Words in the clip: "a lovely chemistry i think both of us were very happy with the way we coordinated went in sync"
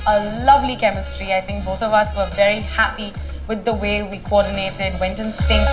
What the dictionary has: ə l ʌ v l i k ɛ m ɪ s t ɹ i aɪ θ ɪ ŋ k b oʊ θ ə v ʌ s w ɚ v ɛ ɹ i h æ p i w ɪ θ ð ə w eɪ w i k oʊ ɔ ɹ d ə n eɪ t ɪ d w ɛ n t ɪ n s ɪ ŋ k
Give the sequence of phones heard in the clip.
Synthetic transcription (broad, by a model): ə l ʌ v l i k ɛ m ɪ s t ɹ i aɪ θ ɪ ŋ k b oʊ θ ə v ʌ s w ɚ v ɛ ɹ i h æ p i w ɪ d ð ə w eɪ w i k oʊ ɔ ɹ d n eɪ t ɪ d w ɛ n t ɪ n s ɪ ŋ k